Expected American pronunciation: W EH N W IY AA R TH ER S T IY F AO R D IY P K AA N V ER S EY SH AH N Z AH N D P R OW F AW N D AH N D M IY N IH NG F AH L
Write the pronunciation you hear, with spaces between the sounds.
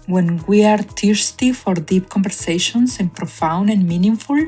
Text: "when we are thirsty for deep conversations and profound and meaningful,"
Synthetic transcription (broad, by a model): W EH N W IY AA R T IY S T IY F AO R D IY P K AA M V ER S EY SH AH N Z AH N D P R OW F AW N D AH N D M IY N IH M F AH L